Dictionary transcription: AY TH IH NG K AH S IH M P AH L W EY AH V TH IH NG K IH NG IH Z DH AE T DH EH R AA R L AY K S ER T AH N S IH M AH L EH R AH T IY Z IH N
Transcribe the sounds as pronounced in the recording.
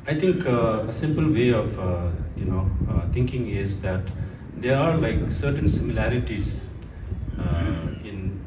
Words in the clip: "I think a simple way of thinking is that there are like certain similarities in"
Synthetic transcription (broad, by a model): AY T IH NG K AH S IH M P AH L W EY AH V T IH NG K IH NG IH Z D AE T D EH R AA R L AY K S ER T AH N S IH M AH L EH R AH T IY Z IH N